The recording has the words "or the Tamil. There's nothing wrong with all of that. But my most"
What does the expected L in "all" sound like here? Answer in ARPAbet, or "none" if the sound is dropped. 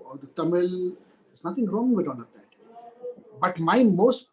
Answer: N